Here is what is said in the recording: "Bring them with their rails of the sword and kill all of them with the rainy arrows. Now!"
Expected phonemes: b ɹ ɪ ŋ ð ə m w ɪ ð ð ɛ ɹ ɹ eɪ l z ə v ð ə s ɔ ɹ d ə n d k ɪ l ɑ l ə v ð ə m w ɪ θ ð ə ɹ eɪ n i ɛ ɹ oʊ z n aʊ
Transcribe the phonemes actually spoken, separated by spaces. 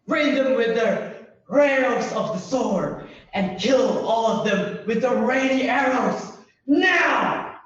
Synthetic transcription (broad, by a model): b ɹ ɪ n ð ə m w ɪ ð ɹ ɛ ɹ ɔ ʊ z ə v ð ə s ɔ ɹ ə n k ɪ l ɑ l ə v ð ə m w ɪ ð ə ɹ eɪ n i ɛ ɹ oʊ z n aʊ